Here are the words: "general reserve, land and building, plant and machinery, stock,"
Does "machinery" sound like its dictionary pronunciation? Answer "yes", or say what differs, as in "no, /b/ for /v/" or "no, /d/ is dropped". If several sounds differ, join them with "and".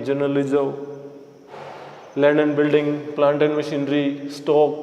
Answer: yes